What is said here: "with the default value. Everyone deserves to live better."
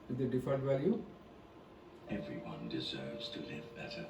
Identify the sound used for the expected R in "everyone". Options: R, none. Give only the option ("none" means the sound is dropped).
R